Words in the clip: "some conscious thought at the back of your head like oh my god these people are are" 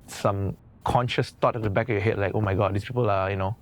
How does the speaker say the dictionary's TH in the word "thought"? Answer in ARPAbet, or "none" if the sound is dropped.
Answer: T